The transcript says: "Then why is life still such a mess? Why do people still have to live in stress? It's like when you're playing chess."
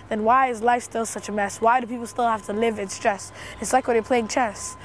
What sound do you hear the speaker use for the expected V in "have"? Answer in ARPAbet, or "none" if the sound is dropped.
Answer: F